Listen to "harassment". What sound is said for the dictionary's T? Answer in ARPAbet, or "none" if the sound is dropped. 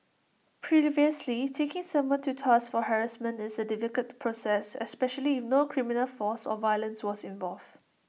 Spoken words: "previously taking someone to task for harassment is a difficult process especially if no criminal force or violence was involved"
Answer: none